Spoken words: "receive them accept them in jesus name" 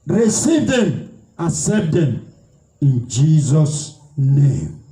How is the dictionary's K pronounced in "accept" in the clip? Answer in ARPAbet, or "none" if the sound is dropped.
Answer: none